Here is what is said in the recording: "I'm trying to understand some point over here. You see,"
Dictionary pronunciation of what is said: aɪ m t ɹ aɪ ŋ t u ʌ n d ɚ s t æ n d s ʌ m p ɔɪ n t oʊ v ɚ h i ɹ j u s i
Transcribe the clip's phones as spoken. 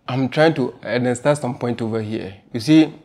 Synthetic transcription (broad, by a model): aɪ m t ɹ aɪ ŋ t u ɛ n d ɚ s t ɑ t s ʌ m p ɔɪ n t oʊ v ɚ h i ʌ j u s i